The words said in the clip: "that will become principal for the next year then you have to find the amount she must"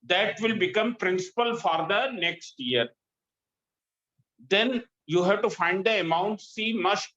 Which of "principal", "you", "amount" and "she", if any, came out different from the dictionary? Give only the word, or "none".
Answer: she